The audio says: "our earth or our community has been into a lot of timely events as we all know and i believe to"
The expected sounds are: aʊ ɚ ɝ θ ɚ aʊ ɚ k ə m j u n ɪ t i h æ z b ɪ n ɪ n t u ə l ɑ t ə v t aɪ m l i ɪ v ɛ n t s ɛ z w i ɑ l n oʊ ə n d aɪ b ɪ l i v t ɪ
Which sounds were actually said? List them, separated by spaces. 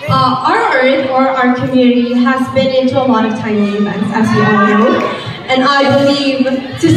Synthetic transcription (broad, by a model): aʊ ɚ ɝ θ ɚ aʊ ɚ k ə m j u n ɪ t i h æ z b ɪ n ɪ n t u ə l ɑ t ə v t aɪ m i ɪ v ɛ n t s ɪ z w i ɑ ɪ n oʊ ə n aɪ b ɪ l i v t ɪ